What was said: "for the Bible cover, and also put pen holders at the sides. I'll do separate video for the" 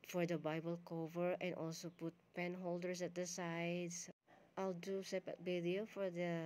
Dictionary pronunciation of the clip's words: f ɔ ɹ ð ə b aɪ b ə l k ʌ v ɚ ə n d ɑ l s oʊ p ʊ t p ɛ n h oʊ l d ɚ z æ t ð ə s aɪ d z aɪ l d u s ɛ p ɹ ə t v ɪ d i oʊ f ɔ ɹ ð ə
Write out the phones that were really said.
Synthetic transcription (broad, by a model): f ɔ ɹ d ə b aɪ b ə l k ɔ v ɚ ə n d ɑ l s oʊ p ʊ t p ɛ n h oʊ l d ɚ s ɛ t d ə s aɪ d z aɪ l d u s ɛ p ə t b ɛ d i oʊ f ɔ ɹ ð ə